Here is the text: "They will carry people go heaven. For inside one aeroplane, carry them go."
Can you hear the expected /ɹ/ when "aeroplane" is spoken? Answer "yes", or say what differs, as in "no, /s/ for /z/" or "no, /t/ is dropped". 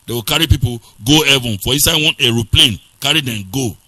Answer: yes